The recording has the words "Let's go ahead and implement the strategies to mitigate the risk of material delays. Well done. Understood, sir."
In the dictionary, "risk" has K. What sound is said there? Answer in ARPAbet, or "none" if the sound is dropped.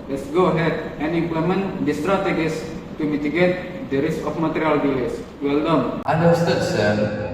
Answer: none